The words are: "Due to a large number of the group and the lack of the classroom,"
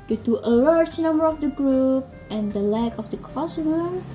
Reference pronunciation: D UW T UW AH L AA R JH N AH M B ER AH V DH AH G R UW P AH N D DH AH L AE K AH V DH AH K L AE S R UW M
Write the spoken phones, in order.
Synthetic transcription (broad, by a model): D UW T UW AH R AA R CH N AH M B ER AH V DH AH G R UW P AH N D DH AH L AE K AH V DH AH K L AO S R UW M